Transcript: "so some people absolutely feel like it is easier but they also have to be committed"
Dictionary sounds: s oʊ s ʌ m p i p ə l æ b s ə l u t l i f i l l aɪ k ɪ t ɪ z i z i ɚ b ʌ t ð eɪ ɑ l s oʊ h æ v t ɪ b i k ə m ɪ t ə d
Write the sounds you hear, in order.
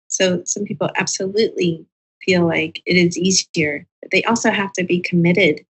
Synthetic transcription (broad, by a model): s oʊ s ʌ m p i p l æ b s ə l u t l i f i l l aɪ k ɪ t ɪ z i z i ɚ b ʌ t ð eɪ ɑ l s oʊ h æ f t ɪ b i k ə m ɪ t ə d